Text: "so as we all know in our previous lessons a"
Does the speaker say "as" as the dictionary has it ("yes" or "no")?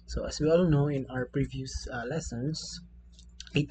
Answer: no